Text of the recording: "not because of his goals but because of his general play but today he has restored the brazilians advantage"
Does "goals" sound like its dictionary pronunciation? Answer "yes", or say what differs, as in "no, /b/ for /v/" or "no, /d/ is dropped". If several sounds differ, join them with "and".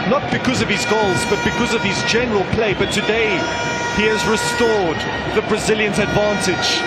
yes